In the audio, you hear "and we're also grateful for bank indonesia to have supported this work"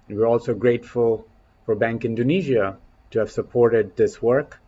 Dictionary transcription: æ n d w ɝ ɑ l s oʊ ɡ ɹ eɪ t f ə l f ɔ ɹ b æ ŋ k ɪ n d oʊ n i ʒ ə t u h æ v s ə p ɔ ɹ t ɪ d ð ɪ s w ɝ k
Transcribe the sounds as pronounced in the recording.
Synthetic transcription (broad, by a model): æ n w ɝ ɑ l s oʊ ɡ ɹ eɪ t f ə l f ɔ ɹ b æ ŋ k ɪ n d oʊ n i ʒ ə t u h æ v s ə p ɔ ɹ t ɪ d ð ɪ s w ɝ k